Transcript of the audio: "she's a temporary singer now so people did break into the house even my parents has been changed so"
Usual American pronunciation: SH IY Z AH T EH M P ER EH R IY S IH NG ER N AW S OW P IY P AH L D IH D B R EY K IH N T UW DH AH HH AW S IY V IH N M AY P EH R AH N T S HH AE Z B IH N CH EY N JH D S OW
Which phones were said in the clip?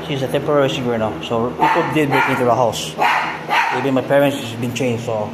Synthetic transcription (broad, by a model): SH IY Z AH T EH M P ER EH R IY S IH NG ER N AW S OW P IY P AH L D IH D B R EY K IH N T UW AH HH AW S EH B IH M AY P EH R AH N T S B IH N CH EY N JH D S OW